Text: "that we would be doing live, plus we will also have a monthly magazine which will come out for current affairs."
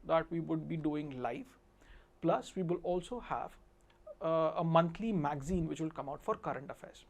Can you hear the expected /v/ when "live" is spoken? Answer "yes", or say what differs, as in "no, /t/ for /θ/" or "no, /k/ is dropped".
no, /f/ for /v/